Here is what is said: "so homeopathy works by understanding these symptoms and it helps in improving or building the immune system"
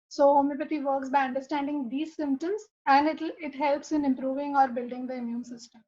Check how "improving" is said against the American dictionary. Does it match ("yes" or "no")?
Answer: yes